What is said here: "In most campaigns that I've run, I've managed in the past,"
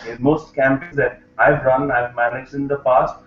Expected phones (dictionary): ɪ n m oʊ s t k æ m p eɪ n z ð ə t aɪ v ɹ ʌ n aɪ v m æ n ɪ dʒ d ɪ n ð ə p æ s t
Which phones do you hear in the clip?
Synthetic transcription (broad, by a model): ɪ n m oʊ s t k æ m p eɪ z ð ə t aɪ v ɹ ʌ n aɪ v m æ n ɪ dʒ d ɪ n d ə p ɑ s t